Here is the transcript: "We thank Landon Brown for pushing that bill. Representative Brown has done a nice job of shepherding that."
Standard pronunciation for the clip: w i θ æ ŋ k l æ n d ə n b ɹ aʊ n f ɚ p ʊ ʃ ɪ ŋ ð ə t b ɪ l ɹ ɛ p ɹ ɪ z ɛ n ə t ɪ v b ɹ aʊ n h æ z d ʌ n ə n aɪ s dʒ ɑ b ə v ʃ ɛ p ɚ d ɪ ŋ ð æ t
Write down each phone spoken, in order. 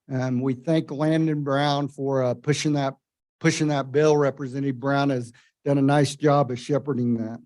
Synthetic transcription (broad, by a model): w i θ æ ŋ k l æ n d ə n b ɹ aʊ n f ɚ p ʊ ʃ ɪ ŋ ð ə t b ɪ l ɹ ɛ p ɹ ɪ z ɛ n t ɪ b ɹ aʊ n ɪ z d ʌ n ə n aɪ s dʒ ɑ b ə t ʃ ɛ p ɚ d ɪ ŋ ð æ t